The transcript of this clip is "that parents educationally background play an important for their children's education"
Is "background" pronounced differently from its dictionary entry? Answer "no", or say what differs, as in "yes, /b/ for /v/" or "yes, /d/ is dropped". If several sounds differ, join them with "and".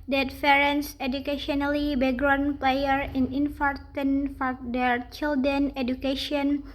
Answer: yes, /k/ is dropped